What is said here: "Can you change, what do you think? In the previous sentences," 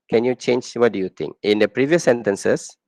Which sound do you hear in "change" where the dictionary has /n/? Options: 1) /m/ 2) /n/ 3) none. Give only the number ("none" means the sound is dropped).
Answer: 2